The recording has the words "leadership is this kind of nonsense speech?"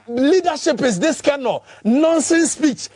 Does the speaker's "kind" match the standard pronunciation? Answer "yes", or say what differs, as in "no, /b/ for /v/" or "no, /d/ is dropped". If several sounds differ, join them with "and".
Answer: no, /d/ is dropped